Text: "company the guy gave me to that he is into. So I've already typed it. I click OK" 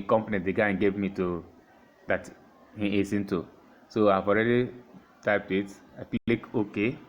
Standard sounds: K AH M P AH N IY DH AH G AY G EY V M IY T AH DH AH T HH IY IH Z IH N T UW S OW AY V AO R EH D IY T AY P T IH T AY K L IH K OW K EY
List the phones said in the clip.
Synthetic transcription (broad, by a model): K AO M P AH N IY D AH G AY G EY V M IY T AH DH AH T HH IY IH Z IH N T UW S OW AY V AO R EH D IY T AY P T IH T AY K L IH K OW K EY